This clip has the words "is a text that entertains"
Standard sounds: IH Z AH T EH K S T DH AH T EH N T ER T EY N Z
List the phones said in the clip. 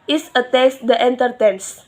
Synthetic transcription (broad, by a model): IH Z AH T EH S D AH T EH N T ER T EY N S